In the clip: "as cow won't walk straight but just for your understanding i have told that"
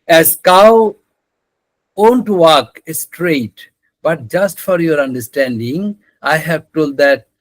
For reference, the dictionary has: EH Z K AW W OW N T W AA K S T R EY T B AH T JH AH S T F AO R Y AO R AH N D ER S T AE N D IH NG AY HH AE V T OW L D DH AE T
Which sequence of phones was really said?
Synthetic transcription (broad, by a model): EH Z K AW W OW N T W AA K S T R EY T B AH T JH AH S T F AO R Y AO R AH N D ER S T AE N D IH NG AY HH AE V T OW L D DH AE T